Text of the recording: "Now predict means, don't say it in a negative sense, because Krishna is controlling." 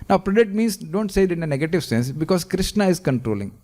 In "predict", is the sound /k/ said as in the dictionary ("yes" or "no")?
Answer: no